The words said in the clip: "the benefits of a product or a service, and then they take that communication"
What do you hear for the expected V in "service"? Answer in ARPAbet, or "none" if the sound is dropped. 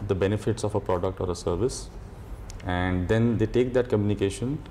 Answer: V